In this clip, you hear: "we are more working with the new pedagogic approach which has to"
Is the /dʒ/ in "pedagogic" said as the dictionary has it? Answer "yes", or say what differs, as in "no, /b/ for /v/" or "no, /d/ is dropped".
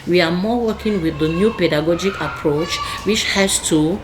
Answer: yes